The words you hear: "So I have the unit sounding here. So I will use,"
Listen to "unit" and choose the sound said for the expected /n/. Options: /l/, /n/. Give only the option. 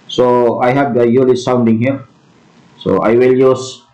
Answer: /l/